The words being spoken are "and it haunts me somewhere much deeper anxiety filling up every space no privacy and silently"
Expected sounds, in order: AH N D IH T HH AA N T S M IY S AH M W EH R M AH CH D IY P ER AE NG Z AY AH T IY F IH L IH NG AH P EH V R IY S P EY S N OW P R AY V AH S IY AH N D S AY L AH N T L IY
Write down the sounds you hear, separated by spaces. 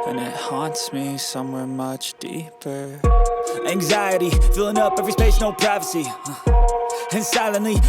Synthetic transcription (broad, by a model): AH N IH T HH AA N T S M IY S AH M W EH R M AH CH D IY P ER AE NG Z AY AH T IY F IH L IH NG AH P EH V R IY S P EY SH N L P R AY V AH S IY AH N S AY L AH N L IY